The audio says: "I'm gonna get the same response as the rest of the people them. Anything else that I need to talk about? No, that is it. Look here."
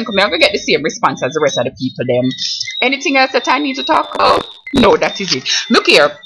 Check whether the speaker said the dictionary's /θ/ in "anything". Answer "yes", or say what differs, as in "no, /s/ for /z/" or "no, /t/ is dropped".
yes